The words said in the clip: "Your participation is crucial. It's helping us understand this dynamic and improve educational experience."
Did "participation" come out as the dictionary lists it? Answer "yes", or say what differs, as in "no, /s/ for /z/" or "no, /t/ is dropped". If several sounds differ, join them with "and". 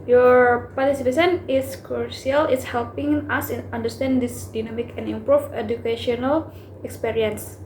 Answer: no, /s/ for /ʃ/